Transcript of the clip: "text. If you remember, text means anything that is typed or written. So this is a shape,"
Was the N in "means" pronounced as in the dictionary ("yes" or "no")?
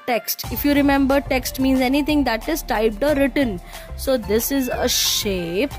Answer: yes